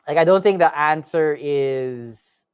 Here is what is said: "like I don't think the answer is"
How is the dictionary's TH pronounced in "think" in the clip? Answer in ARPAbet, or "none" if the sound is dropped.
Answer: TH